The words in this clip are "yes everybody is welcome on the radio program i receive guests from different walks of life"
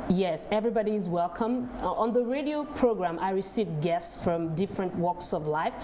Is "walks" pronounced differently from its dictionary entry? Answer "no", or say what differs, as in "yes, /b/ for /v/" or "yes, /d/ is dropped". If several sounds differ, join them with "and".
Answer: no